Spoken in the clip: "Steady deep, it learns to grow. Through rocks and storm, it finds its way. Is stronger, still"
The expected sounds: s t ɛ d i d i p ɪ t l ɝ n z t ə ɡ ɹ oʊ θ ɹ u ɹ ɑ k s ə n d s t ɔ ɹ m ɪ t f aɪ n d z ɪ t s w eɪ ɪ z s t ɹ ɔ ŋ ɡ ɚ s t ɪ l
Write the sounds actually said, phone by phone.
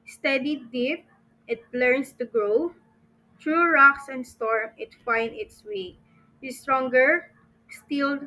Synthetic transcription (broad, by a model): s t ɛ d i d i p ɪ t l ɝ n s t ə ɡ ɹ oʊ t ɹ u ɹ ɑ k s ə n d s t ɔ ɹ m ɪ t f aɪ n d ɪ t s w eɪ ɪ s t ɹ ɔ ŋ ɡ ɚ s t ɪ l